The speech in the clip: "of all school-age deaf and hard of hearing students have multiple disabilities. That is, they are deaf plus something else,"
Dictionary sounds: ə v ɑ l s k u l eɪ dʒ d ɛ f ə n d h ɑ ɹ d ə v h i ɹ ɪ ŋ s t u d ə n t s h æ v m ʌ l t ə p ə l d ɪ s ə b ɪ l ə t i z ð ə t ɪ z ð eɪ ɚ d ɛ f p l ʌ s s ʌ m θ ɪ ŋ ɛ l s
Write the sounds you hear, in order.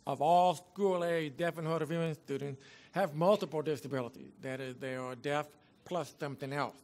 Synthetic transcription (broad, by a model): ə v ɑ l s k u l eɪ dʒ d ɛ f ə n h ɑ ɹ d ə v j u ɪ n s t u d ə n t s h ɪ v m ʌ l t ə p l d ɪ s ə b ɪ l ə t i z ð ə t ɪ z ð eɪ ɚ d ɛ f p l ʌ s s ʌ m θ ɪ ŋ ɛ l s